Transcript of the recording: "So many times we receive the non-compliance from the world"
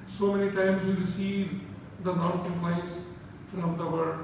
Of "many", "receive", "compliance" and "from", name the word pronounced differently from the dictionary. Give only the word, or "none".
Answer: compliance